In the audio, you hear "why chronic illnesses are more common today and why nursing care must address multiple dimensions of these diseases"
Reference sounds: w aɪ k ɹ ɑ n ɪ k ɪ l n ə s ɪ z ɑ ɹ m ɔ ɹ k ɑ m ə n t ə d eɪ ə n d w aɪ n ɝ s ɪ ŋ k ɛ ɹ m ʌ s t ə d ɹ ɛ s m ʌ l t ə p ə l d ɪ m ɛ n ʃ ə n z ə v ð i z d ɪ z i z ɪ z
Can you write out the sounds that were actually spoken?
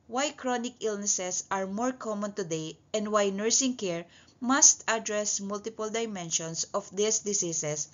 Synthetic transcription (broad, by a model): w aɪ k ɹ ɑ n ɪ k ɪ l n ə s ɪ s ɑ ɹ m ɔ ɹ k ɑ m ə n t ə d eɪ ə n d w aɪ n ɝ s ɪ ŋ k ɛ ɹ m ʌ s t ə d ɹ ɛ s m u l t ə p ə l d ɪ m ɛ n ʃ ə n s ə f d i s d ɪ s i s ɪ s